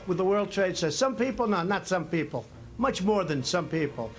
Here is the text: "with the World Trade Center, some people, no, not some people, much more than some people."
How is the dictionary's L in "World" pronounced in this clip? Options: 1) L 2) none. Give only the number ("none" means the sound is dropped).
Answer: 1